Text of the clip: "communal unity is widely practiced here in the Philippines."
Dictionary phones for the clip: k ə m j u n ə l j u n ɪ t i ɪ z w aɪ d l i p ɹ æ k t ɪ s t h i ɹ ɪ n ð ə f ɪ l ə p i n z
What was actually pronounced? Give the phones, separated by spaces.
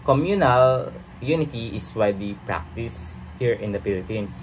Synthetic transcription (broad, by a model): k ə m j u n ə l j u n ɪ t i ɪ s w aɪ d i p ɹ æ k t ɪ s h i ɹ ɪ n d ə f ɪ l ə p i n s